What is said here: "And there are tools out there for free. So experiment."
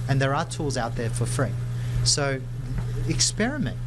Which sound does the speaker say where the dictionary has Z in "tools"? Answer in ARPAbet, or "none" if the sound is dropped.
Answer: Z